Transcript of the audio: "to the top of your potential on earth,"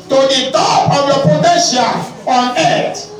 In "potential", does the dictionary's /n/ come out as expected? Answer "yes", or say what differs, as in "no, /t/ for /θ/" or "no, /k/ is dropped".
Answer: no, /n/ is dropped